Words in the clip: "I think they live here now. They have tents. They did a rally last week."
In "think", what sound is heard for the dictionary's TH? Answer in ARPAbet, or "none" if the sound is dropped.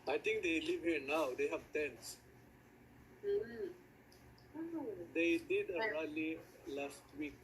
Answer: T